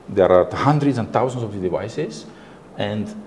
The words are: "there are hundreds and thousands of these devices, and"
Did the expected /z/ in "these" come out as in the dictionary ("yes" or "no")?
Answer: no